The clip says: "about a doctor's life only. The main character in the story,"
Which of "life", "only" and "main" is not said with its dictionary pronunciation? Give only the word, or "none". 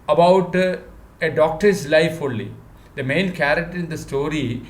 only